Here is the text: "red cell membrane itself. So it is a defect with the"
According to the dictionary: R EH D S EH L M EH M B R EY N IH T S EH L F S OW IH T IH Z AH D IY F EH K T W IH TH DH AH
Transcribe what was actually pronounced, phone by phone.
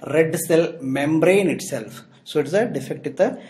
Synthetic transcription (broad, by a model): R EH D S EH L M EH M B R EY N IH T S EH L F S OW IH T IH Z AH D IY F EH K T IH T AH